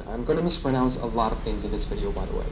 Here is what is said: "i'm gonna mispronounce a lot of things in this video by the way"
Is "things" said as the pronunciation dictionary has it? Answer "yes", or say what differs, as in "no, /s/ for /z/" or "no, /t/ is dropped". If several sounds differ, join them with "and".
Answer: yes